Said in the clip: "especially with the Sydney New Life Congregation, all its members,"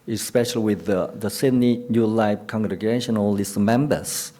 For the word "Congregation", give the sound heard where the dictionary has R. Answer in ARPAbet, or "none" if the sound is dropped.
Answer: R